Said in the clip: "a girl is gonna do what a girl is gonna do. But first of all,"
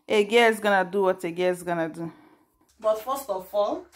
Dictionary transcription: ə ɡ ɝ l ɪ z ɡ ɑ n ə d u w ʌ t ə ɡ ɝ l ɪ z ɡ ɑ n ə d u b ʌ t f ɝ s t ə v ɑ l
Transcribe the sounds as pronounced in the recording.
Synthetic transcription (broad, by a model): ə ɡ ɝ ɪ s ɡ ɑ n ə d u w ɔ t ə ɡ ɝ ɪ s ɡ ɑ n ə d u b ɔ t f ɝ s t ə f ɑ l